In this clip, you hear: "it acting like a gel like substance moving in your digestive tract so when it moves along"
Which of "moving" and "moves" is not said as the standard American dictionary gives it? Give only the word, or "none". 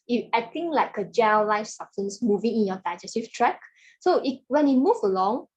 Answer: moves